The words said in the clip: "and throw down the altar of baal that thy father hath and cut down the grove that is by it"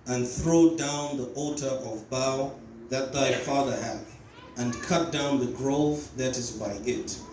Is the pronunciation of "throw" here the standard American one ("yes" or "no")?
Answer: yes